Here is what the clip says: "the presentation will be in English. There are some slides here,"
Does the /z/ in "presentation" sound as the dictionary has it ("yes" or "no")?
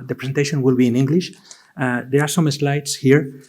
no